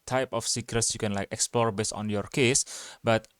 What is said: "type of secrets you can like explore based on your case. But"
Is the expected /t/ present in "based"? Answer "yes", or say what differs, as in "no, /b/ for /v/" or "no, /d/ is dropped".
no, /t/ is dropped